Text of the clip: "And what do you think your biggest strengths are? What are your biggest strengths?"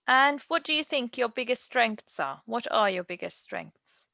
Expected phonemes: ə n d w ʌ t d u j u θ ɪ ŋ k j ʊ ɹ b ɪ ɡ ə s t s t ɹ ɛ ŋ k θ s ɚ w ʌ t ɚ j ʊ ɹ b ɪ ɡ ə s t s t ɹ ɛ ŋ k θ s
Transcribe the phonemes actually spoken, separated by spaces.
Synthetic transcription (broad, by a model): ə n w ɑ t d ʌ j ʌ θ ɪ ŋ k j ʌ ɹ b ɪ ɡ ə s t s t ɹ ɛ ŋ k θ s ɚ w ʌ t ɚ j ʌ b ɪ ɡ ə s t s t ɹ ɛ ŋ k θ s